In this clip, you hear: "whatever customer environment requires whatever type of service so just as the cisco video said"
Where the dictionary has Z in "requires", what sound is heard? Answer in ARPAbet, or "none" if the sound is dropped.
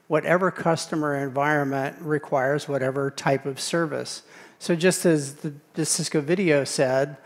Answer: Z